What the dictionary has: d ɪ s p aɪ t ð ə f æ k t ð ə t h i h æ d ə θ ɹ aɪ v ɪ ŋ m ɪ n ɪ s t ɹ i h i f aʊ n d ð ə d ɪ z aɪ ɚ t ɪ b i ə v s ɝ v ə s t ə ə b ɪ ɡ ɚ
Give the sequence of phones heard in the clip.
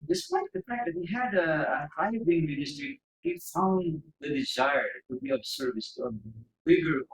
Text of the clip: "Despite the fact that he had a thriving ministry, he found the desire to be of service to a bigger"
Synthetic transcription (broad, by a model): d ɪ s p aɪ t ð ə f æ k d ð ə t h i h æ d ə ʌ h aɪ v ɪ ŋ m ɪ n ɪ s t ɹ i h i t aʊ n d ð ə d ɪ z aɪ ɚ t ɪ b i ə b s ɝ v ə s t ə ə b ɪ ɡ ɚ